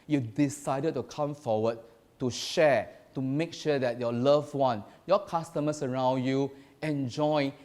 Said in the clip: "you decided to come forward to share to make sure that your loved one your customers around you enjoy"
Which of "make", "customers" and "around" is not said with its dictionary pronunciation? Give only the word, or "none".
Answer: customers